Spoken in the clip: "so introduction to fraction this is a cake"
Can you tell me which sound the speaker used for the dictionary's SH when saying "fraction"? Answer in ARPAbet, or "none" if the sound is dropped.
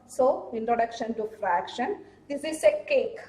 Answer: SH